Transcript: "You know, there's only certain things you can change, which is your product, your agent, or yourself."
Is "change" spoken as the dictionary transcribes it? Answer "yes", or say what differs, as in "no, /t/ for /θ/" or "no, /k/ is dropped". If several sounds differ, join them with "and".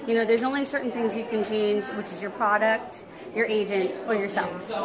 yes